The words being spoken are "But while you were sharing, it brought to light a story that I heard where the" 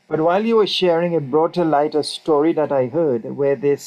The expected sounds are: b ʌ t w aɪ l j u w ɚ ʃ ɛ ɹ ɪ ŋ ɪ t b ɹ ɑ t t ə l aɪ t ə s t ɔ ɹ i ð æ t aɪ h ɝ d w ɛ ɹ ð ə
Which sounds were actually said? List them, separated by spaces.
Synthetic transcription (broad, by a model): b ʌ t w aɪ l j u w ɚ ʃ ɛ ɹ ɪ ŋ ɪ t b ɹ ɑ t t ə l aɪ t ə s t ɔ ɹ i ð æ t aɪ h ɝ d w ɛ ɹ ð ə